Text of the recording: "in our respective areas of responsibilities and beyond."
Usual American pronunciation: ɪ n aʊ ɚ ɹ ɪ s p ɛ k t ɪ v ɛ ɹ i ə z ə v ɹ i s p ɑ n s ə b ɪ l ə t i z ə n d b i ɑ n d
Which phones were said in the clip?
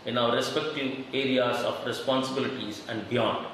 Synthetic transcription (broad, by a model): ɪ n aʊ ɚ ɹ ɪ s p ɛ k t ɪ v ɛ ɹ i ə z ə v ɹ i s p ɑ n s ə b ɪ l ə t i z ə n d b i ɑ n d